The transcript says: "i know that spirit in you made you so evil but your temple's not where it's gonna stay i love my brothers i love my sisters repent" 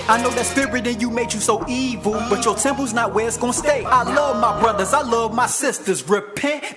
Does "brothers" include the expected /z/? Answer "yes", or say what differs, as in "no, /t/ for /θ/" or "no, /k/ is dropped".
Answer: yes